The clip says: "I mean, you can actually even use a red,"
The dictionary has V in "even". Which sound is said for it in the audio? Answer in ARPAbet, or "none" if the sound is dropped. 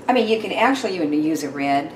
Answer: none